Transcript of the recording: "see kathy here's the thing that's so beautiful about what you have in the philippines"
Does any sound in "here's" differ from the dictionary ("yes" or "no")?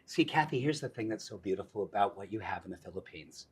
no